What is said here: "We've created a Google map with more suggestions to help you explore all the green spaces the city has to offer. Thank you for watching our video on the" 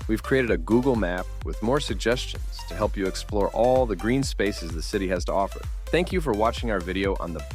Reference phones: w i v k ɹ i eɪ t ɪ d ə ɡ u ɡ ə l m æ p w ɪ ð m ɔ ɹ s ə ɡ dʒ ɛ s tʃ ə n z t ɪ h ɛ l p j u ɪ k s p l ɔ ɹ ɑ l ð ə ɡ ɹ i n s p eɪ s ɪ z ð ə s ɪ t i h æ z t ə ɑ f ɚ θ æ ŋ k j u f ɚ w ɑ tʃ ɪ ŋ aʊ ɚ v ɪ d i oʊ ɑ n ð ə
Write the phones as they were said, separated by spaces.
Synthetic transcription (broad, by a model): w i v k ɹ i eɪ t ɪ d ə ɡ u ɡ l m æ p w ɪ ð m ɔ ɹ s ə ɡ dʒ ɛ s tʃ ə n z t ɪ h ɛ l p j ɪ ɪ k s p l ɔ ɹ ɑ l ð ə ɡ ɹ i n s p eɪ s ɪ z ð ə s ɪ t i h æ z t ə ɑ f ɚ θ æ ŋ k j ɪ f ɚ w ɑ tʃ ɪ ŋ aʊ ɚ v ɪ d i oʊ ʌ n ð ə